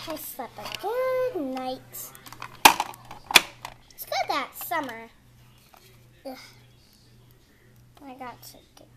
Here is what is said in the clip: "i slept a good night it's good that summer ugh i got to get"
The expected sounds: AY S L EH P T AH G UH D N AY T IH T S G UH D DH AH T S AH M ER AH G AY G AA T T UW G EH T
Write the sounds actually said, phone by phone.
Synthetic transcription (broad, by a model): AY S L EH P AH G UH D N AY IH T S G UH D DH AH T S AH M ER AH AY G AA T T UW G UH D